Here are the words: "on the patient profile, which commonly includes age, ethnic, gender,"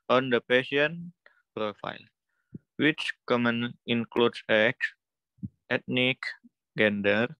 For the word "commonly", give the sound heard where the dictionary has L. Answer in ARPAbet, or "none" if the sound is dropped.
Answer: none